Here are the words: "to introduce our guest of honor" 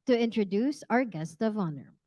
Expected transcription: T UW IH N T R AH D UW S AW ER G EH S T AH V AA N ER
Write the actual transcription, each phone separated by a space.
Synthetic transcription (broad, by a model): T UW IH N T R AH D UW S AW ER G EH S T AH V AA N ER